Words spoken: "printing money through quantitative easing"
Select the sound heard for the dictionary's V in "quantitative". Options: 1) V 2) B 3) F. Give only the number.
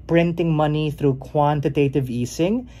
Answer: 1